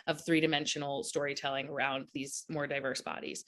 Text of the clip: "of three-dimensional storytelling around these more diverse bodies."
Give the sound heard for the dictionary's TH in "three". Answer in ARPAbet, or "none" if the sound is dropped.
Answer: TH